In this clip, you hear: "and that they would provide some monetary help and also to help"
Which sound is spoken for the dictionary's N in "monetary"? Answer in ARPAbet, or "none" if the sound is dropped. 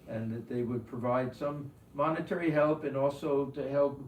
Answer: N